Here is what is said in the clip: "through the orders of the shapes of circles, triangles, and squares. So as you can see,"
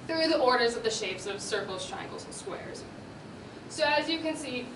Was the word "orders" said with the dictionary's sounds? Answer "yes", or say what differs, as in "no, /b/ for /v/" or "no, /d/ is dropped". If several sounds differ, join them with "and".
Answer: yes